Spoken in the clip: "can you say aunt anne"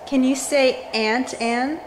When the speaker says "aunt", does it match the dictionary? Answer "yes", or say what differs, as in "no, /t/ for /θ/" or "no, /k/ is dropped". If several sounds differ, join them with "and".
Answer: yes